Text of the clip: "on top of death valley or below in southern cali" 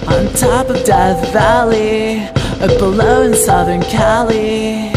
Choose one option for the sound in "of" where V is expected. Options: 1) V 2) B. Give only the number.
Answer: 1